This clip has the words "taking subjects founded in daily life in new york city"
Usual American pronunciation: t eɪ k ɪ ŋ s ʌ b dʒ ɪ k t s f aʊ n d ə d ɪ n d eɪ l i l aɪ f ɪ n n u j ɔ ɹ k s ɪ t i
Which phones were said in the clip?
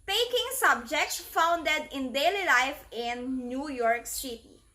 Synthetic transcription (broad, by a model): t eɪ k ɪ ŋ s ʌ b dʒ ɪ k t s f aʊ n d ə d ɪ n d eɪ l i l aɪ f ɪ n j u j ɔ ɹ k s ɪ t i